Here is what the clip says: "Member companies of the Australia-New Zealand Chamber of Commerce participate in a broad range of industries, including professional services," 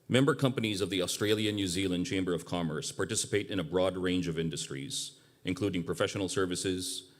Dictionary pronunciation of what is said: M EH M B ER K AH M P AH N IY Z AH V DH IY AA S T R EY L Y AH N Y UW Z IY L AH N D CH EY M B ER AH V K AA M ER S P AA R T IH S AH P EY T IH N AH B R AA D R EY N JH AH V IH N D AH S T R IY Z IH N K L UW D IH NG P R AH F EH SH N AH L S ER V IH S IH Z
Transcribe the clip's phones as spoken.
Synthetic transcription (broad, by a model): M EH M B ER K AH M P AH N IY Z AH V DH IY AA S T R EY L Y AH N Y UW Z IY L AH N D CH EY M B ER AH V K AA M ER S P AA R T IH S AH P EY T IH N AH B R AA D R EY N JH AH V IH N D AH S T R IY Z IH N K L UW D IH NG P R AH F EH SH N L S ER V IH S IH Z